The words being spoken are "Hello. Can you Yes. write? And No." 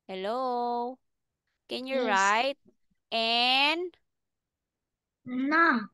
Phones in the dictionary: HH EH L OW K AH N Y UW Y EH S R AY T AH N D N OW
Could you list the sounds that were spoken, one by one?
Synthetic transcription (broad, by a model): HH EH L OW K AH N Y Y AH R AY T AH N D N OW